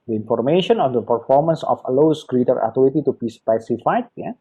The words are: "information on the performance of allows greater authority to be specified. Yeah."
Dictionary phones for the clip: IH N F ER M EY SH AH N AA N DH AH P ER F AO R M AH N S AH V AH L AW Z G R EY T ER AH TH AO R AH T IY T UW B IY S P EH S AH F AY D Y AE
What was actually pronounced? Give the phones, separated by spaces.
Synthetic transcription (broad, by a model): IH N F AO M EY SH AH N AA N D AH P ER F AO R M AH N S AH F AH L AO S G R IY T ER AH T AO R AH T IY T UW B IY S P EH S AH F AY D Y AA